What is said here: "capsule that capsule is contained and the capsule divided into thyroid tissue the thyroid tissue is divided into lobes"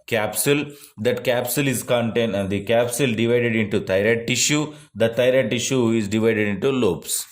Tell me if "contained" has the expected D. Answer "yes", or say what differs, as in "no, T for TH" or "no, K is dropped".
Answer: yes